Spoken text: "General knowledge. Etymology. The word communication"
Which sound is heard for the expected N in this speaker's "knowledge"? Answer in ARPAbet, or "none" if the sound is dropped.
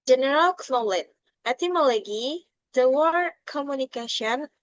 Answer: L